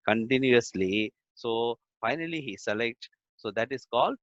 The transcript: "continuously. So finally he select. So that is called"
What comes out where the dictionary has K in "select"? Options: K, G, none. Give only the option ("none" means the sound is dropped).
K